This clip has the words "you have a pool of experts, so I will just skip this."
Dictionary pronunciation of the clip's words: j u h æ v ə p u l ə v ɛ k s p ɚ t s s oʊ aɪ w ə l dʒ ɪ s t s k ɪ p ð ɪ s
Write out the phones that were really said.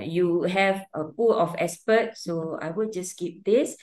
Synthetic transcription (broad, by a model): j u h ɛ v ə p u l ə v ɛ s p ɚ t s s oʊ aɪ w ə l dʒ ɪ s s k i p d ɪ s